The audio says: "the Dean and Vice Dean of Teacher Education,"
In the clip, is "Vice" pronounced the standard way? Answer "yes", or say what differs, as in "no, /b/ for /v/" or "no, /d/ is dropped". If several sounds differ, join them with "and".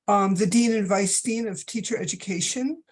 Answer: yes